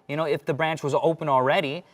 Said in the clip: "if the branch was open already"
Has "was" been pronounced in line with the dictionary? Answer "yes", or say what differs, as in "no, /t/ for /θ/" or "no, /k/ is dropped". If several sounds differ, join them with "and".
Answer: yes